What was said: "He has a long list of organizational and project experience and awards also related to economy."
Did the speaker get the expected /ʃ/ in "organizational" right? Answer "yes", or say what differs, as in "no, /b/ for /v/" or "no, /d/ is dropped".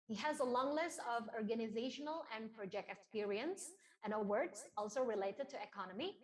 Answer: yes